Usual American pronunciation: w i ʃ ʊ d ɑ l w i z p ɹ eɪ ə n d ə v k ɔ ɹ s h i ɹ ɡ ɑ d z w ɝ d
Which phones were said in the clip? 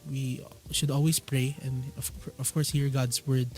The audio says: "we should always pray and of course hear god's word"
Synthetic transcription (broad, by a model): w i ʃ ʊ d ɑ l w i s p ɹ eɪ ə n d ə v k ɔ ɹ s h i ɹ ɡ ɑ d s w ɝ d